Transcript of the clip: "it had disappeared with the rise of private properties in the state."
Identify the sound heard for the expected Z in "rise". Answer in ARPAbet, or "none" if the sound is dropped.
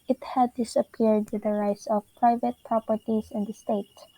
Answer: S